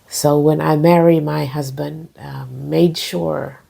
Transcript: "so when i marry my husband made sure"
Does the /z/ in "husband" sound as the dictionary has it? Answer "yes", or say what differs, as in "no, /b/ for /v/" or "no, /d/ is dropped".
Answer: yes